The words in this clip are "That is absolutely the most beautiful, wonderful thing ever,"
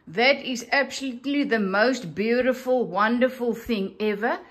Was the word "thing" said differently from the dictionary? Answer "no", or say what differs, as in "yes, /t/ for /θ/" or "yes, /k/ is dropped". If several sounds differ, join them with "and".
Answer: no